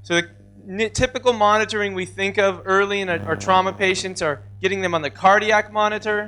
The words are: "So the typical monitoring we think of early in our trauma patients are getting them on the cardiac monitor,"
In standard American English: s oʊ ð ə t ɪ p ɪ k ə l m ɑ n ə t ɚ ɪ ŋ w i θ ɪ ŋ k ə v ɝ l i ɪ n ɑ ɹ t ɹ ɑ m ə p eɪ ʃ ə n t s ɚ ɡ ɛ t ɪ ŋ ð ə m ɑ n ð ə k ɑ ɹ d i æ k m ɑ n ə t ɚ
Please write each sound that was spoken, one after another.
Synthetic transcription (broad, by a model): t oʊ ð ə t ɪ p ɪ k l m ɑ n ə t ɚ ɪ ŋ w i θ ɪ ŋ k ə v ɝ l i ɪ n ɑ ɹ t ɹ ɑ m ə p eɪ ʃ ə n t s ɚ ɡ ɛ t ɪ ŋ ð ə m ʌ n ð ə k ɑ ɹ d i æ k m ɑ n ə t ɚ